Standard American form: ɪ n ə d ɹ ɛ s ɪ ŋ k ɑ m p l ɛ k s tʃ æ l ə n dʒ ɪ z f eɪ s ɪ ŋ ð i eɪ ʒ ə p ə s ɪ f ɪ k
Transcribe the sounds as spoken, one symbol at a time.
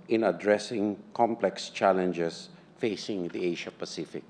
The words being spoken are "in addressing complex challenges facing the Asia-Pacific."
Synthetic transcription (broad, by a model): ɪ n ə d ɹ ɛ s ɪ ŋ k ɑ m p l ɛ k s tʃ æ l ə n dʒ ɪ s f eɪ s ɪ ŋ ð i eɪ ʃ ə p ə s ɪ f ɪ k